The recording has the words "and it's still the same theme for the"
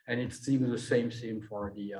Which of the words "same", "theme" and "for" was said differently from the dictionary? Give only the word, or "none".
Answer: theme